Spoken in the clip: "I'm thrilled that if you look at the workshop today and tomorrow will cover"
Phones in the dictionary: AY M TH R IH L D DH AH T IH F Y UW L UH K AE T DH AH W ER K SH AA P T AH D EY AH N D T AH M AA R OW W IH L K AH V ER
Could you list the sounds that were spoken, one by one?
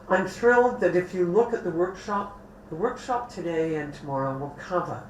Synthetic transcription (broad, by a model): AY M TH R IH L D DH AH T IH F Y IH L UH K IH T DH AH W ER K SH AA P T AH D EY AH N T AH M AA R OW W IH L K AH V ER